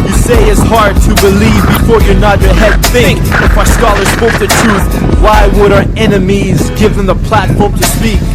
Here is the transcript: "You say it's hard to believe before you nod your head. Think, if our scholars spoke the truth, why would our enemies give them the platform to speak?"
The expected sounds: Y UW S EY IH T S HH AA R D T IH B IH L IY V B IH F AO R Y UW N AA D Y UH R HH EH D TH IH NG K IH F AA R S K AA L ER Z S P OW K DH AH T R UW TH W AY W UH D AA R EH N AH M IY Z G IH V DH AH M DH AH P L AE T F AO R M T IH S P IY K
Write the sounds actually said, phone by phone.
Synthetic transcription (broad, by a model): Y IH S EY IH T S HH AA R D T IH B IH L IY V B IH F AO R Y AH N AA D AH R HH EH D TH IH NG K IH F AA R S K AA L ER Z S P OW K DH AH T R UW TH W AY W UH D AA R EH N AH M IY Z G IH V DH AH M DH AH P L AE T F AO R M T IH S P IY K